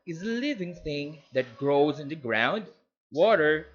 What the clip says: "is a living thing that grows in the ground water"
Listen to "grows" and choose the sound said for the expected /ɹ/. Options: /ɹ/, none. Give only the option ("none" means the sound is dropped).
/ɹ/